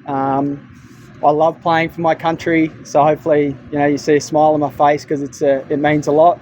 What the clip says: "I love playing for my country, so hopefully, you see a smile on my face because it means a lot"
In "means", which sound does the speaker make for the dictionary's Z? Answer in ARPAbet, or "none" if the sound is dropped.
Z